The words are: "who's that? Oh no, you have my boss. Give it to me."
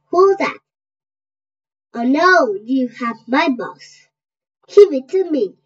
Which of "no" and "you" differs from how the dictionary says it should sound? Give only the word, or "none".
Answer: no